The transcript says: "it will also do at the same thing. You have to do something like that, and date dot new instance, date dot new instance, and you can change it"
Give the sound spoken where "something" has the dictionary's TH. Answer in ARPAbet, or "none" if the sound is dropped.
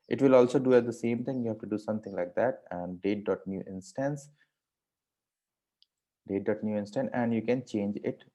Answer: T